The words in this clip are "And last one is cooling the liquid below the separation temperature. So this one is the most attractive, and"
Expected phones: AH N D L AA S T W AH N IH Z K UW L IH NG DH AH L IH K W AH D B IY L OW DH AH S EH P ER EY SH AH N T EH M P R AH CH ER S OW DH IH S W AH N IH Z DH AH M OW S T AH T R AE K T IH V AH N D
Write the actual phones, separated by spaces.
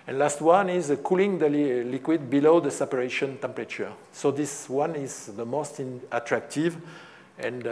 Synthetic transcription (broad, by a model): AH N L AA S T W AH N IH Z K UW L IH NG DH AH L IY K W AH D B IY L OW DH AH S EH P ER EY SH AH N T EH M P R AH CH ER S OW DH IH S W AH N IH Z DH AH M OW S T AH T R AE K T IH V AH N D